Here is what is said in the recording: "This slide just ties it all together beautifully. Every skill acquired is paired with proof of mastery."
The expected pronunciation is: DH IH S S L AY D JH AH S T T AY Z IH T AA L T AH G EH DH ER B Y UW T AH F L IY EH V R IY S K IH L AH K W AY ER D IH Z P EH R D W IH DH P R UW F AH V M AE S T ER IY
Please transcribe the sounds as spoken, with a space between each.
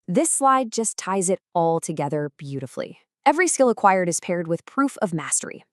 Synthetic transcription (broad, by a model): DH IH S S L AY D JH AH S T T AY Z IH T AA L T AH G EH DH ER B Y UW T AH F L IY EH V R IY S K IH L AH K W AY ER D IH Z P EH R D W IH DH P R UW F AH V M AE S T ER IY